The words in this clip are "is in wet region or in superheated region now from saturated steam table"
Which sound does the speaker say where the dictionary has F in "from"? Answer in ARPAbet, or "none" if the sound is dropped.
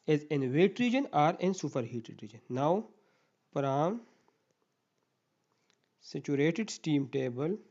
P